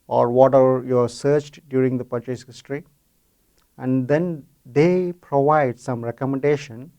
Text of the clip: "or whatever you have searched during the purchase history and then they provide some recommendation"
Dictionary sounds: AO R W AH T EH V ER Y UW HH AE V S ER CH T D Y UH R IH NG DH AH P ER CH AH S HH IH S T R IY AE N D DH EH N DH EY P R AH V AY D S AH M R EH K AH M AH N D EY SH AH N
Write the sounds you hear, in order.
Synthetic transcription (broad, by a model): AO R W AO T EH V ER Y UW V S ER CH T D Y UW R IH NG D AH P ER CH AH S HH IH S T R IY AE N D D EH N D EY P R AH V AY D S AH M R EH K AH M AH N D EY SH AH N